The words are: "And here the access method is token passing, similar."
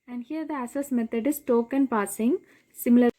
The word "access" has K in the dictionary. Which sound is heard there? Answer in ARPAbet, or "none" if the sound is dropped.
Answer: none